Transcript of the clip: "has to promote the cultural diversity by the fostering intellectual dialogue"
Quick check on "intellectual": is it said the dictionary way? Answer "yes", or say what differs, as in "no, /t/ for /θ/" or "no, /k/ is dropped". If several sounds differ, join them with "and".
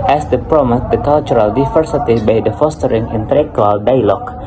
no, /tʃ/ is dropped